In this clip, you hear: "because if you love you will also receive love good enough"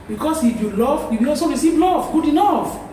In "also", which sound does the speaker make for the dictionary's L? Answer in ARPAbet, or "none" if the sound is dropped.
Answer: none